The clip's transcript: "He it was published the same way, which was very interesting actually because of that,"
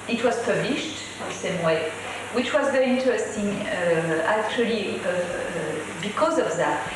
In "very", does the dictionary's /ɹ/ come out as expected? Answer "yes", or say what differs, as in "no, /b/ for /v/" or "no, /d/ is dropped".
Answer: no, /ɹ/ is dropped